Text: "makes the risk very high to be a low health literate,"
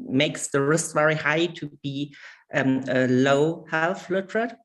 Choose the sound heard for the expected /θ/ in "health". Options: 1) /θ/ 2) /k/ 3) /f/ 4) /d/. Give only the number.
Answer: 3